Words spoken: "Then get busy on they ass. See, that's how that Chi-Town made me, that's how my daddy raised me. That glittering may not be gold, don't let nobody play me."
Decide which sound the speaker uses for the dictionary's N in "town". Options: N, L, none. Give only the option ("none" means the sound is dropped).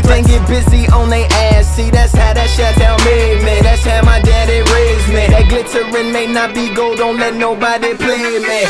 L